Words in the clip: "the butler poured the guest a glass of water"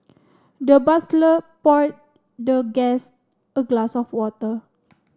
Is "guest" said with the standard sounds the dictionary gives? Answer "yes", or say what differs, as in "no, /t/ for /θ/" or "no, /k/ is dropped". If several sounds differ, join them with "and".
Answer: no, /t/ is dropped